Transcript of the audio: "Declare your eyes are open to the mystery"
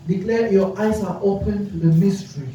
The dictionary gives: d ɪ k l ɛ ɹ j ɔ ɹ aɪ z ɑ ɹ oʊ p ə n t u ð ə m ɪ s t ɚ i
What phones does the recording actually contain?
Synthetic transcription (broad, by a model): d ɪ k l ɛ j ɔ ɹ aɪ s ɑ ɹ oʊ p ə n t u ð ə m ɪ s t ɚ i